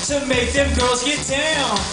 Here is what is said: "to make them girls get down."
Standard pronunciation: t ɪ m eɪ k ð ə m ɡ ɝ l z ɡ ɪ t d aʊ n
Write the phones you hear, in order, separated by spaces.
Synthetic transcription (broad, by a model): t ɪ m eɪ k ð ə m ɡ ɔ z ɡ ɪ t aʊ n